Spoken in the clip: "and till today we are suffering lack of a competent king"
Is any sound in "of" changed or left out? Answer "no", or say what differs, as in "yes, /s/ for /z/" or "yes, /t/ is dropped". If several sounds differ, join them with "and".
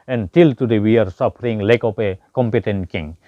yes, /p/ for /v/